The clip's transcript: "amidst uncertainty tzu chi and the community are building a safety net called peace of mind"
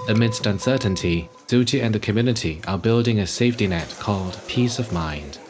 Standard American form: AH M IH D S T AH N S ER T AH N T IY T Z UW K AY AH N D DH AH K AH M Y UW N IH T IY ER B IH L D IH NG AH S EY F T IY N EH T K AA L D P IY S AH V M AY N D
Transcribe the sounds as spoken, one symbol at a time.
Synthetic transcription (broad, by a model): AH M IH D S T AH N S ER T N T IY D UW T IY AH N DH AH K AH M Y UW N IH T IY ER B IH L D IH NG AH S EY F T IY N EH T K AA L D P IY S AH V M AY N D